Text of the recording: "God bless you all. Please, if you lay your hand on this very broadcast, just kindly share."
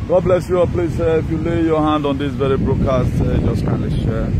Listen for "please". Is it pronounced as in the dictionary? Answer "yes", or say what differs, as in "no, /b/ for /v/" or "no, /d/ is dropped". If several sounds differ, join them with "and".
no, /s/ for /z/